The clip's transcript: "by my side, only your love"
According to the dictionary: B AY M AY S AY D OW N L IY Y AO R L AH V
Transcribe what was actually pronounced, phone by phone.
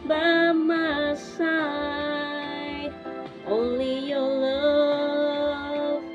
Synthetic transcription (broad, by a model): B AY M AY S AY OW N L IY Y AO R L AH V